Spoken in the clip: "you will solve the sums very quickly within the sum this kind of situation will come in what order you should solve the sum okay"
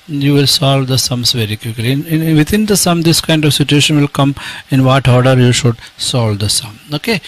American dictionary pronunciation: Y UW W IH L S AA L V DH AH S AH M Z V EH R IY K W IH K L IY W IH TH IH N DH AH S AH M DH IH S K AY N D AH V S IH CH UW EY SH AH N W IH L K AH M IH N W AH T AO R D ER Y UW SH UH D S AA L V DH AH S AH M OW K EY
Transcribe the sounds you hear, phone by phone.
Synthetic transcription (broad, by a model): Y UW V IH L S AA L V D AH S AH M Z V EH R IY K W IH K L IY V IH T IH N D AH S AH M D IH S K AY N D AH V S IH CH UW EY SH AH N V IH L K AH M IH N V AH T AO R D ER Y UW SH UH D S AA L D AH S AH M OW K EY